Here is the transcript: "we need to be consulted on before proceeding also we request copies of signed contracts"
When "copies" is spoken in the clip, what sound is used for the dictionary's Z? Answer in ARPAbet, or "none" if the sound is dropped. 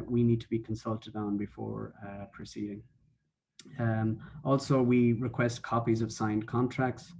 Z